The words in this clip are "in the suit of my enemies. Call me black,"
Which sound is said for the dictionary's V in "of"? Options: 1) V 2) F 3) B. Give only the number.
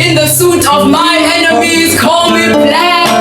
1